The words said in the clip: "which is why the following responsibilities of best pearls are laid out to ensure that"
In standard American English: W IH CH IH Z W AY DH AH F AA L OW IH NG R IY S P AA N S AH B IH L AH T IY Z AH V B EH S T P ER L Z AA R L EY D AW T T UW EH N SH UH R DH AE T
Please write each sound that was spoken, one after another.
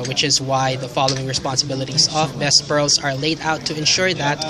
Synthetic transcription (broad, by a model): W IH CH IH Z W AY DH AH F AA L OW IH NG R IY S P AA N S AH B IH L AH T IY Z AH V B EH S T B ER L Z AA R L EY D AW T T UW EH N SH UH R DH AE T